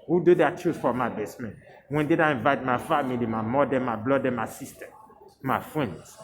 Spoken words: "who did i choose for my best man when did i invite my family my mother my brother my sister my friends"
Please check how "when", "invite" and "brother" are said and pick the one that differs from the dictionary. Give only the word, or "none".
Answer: brother